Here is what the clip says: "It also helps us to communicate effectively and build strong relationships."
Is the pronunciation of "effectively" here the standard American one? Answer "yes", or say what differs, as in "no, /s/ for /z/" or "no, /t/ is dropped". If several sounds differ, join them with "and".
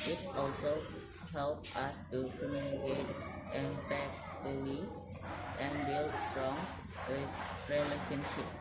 no, /v/ is dropped